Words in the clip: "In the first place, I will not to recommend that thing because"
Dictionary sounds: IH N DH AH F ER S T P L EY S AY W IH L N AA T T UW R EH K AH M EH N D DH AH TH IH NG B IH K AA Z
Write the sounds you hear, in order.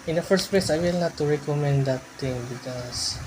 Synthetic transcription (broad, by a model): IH N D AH F ER S T P L EY S AY W IH L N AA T T UW R EH K AH M EH N D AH T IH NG B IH K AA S